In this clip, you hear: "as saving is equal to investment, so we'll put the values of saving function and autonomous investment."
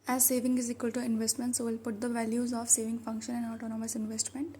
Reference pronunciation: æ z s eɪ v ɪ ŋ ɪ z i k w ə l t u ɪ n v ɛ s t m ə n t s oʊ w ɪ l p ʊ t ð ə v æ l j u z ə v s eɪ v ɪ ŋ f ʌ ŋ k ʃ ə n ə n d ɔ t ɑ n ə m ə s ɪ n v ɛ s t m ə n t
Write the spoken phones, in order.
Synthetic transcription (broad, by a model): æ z s eɪ v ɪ ŋ ɪ z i k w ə l t u ɪ n v ɛ s t m ə n t s oʊ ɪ l p ʊ t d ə v æ l j u z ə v s eɪ v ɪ ŋ f ʌ ŋ k ʃ ə n ə n d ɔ t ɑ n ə m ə s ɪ n v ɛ s t m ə n t